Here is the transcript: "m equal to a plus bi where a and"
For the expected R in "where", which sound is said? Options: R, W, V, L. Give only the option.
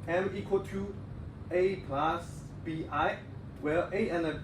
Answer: L